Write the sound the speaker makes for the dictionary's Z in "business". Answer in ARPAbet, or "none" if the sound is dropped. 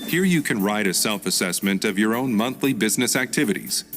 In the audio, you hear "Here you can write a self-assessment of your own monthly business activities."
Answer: Z